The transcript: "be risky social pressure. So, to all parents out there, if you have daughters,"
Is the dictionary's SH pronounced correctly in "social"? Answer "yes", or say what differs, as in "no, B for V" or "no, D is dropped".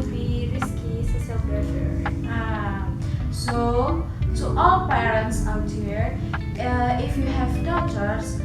no, S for SH